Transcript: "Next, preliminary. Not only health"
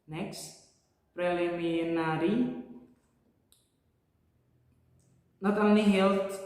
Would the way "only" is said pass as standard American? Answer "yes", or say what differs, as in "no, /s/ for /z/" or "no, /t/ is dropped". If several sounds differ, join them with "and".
no, /l/ is dropped